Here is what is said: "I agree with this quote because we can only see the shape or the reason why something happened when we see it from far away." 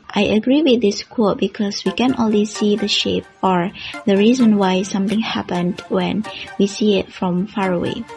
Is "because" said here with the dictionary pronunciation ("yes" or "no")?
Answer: no